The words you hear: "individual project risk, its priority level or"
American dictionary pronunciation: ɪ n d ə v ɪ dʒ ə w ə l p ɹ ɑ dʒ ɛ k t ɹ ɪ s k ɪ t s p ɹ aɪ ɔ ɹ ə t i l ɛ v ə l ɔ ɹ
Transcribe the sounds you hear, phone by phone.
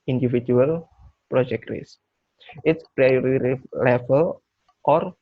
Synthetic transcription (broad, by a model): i n d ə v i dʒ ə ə l p ɹ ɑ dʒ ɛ k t ɹ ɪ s ɪ t s p ɹ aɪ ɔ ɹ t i l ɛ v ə l ɔ ɹ